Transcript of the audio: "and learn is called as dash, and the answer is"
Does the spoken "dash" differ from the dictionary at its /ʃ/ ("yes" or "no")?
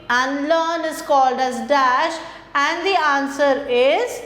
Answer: no